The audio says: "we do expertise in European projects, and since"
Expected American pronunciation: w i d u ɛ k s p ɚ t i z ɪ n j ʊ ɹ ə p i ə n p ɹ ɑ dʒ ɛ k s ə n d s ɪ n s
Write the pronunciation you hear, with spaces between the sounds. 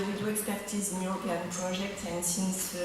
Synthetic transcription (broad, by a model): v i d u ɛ k s p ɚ t i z ɪ n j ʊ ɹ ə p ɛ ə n p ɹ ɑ ʒ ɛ k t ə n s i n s